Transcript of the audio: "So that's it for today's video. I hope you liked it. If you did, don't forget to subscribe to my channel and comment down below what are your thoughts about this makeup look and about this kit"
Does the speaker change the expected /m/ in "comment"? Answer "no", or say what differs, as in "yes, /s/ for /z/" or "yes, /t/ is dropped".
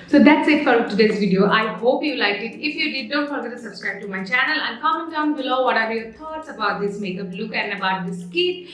yes, /m/ is dropped